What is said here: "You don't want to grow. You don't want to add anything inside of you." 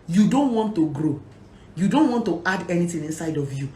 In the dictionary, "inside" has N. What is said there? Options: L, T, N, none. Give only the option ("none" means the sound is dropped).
N